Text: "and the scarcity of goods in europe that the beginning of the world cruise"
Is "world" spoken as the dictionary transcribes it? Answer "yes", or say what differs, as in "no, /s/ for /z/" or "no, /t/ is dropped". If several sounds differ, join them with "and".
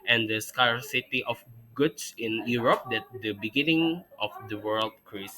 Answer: yes